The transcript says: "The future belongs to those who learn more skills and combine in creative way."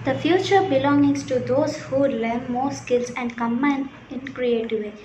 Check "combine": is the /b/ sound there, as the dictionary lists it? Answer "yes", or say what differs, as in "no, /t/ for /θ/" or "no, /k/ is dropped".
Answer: no, /b/ is dropped